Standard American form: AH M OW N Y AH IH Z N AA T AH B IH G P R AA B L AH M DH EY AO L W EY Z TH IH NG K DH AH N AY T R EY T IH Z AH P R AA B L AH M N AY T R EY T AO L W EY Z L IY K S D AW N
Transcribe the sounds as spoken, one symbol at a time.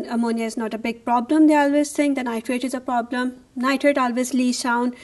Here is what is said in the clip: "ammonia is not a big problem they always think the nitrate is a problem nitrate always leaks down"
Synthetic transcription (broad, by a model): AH M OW N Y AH IH Z N AA T AH B IH G P R AA B L AH M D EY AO L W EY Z S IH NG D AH N AY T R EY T IH Z AH P R AA B L AH M N AY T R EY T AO L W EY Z L IY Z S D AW N